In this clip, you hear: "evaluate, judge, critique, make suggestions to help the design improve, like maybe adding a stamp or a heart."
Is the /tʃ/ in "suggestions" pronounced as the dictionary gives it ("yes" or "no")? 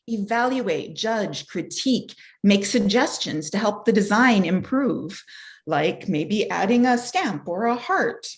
yes